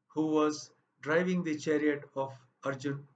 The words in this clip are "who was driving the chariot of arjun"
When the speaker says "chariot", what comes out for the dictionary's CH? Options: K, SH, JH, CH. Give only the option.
CH